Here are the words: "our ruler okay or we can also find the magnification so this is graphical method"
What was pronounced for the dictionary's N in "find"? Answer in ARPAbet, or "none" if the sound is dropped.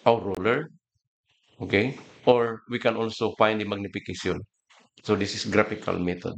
N